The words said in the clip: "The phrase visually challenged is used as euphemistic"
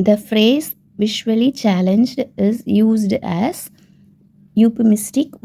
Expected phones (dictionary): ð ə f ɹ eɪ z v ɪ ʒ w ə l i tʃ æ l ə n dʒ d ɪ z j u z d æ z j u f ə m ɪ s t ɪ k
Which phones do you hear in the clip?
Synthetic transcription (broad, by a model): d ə f ɹ eɪ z v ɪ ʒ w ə l i tʃ æ l ə n dʒ d ɪ z j u z d æ z j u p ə m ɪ s t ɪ k